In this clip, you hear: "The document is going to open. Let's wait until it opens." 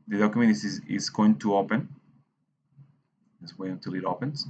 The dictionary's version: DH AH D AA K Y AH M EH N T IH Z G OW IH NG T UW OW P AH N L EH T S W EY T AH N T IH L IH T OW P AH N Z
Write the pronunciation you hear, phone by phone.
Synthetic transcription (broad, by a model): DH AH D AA K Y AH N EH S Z IH Z G OW IH NG T UW OW P AH N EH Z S W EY AH N T IH L IH T OW P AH N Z